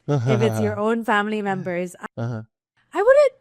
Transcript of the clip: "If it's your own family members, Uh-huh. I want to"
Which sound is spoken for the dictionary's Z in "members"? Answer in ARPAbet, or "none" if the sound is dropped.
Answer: Z